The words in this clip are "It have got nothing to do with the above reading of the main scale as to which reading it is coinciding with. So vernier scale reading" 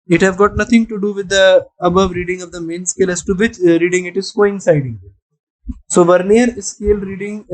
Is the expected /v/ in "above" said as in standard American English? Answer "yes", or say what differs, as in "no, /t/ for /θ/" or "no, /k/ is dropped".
yes